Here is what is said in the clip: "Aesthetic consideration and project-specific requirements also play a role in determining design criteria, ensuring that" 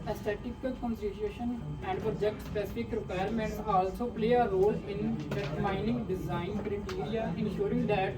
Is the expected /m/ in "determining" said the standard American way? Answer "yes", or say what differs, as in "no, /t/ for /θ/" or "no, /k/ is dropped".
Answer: no, /m/ is dropped